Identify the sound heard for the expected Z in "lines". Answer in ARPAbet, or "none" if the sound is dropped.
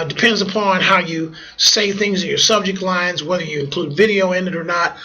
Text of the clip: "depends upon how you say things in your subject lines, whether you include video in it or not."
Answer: Z